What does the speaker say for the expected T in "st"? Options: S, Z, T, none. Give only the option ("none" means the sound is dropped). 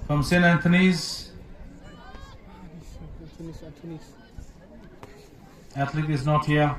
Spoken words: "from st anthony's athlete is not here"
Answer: none